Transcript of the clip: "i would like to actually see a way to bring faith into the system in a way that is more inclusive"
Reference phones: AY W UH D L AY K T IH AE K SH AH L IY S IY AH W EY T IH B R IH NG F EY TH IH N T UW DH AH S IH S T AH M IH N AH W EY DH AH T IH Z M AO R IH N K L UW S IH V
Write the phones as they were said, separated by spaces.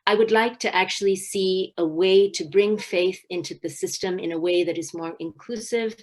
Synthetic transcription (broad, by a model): AY W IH D L AY K T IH AE K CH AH L IY S IY AH W EY T IH B R IH NG F EY TH IH N T UW DH AH S IH S T AH M IH N AH W EY DH AH T IH Z M AO R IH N K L UW S IH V